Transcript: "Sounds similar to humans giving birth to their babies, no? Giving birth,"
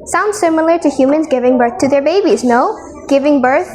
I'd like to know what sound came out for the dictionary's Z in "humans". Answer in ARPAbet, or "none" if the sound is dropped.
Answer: Z